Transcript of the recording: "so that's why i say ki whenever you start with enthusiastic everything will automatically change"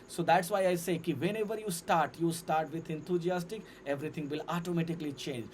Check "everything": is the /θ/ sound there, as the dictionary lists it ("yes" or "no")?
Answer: no